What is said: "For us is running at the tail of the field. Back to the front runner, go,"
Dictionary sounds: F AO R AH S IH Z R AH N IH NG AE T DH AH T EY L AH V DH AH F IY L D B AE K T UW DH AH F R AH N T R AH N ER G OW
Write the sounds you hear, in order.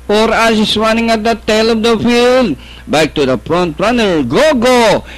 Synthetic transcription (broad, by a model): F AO R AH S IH S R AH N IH NG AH T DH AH T EY L AH V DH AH F IY L D B AE K T UW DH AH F R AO N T R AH N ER G OW